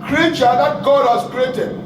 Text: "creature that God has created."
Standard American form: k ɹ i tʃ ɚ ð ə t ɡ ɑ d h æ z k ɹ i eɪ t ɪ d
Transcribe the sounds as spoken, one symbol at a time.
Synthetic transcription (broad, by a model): k ɹ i tʃ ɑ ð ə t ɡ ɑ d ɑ s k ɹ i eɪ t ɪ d